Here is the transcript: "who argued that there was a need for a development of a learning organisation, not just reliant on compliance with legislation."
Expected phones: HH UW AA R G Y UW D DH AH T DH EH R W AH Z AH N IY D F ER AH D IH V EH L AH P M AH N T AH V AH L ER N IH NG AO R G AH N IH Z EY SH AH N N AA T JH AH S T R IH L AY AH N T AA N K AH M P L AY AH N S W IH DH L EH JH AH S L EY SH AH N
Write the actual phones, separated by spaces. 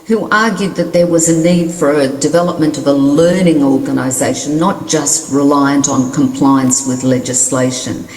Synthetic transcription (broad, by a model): HH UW AA R G Y UW D DH AH T DH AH R W AH Z AH N IY D F ER AH D IH V EH L AH P M AH N T AH V AH L ER N IH NG AO R G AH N IH Z EY AH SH N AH T JH AH S T R IH L AY AH N T N K AH M P L AY AH N S W IH DH L EH JH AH S L EY SH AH N